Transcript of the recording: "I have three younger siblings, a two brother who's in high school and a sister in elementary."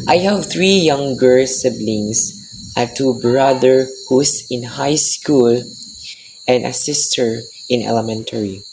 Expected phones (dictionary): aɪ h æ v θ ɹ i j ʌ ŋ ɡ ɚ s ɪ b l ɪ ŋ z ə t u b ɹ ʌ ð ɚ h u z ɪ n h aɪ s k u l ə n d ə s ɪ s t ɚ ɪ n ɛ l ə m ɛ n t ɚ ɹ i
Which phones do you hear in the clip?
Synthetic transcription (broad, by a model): aɪ h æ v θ ɹ i j ʌ ŋ ɡ ɚ s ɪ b l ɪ ŋ s ə t u b ɹ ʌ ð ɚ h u s ɪ n h aɪ s k u l ə n d ə s ɪ s t ɚ ɪ n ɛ l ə m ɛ n t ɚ ɹ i